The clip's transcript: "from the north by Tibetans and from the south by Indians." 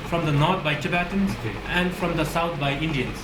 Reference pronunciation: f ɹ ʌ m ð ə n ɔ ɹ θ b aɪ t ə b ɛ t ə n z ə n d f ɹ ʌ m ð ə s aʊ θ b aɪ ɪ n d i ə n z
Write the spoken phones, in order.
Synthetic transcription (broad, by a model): f ɹ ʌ m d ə n ɔ ɹ t b aɪ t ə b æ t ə n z ə n d f ɹ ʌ m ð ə s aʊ t b aɪ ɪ n d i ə n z